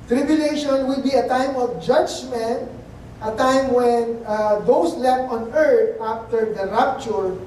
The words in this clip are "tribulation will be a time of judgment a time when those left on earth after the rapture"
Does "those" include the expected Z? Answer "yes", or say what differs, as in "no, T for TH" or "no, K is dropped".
no, S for Z